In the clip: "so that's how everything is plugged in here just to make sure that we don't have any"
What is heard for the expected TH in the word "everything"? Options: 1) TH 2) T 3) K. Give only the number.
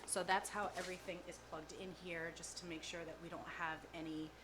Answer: 1